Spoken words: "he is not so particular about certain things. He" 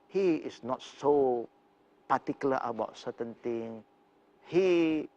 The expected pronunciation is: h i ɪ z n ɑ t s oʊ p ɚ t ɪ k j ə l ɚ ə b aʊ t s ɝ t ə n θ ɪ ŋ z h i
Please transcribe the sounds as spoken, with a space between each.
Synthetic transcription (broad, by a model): h i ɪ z n ɑ t s oʊ p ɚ t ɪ k j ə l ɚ ə b aʊ t s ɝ t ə n t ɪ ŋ h i